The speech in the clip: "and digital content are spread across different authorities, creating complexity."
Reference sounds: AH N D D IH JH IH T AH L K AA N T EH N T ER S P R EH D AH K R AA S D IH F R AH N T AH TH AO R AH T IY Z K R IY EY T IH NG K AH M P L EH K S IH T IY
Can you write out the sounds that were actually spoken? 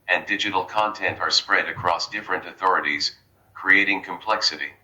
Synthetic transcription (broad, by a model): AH N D D IH JH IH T L K AA N T EH N T ER S P R EH D AH K R AA S D IH F R AH N T AH TH AO R AH T IY Z K R IY EY T IH NG K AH M P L EH K S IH T IY